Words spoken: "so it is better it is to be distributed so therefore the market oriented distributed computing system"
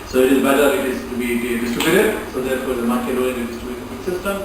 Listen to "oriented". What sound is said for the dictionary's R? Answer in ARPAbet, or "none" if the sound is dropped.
none